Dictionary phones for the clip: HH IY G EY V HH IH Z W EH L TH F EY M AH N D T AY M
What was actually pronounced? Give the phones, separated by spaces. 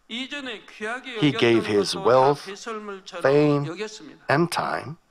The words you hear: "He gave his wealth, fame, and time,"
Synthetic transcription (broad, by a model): HH IY G EY V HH IH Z W EH L TH F EY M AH N T AY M